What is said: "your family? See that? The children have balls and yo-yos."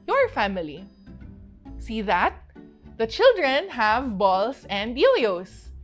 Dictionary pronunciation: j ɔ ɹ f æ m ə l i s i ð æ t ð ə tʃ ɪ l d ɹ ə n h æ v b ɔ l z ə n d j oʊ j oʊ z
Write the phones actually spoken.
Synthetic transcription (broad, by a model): j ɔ ɹ f æ m ə l i s i ð æ t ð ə tʃ ɪ l d ɹ ə n h æ v b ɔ l s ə n d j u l oʊ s